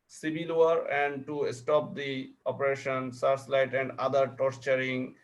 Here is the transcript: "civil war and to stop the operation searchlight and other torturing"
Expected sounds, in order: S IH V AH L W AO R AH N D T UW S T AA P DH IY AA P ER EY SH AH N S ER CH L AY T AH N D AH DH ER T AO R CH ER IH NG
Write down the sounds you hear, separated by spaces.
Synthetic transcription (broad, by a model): S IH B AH L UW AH R AH N D T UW S T AA P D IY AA P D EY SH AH N S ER S L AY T AH N D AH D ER T AO R CH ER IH NG